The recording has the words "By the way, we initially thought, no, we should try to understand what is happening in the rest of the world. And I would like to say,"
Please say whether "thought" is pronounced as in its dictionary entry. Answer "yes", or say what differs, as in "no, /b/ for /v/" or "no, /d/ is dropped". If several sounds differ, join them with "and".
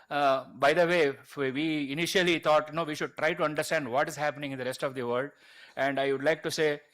no, /t/ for /θ/